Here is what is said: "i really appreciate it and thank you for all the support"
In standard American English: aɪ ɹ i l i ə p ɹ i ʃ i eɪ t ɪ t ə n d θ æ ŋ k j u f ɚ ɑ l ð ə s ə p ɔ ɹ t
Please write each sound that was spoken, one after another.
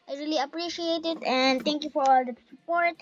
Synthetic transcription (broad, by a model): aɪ ɹ i l i ə p ɹ i ʃ i eɪ t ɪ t ə n d t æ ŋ k j u f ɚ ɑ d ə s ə p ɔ ɹ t